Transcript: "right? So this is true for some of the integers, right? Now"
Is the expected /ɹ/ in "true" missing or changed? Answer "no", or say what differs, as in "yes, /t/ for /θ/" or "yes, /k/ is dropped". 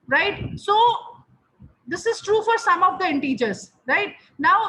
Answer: no